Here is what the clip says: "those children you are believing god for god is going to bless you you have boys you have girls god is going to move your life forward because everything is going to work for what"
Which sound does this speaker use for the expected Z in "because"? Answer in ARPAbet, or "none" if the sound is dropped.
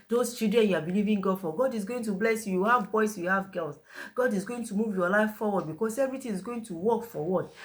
S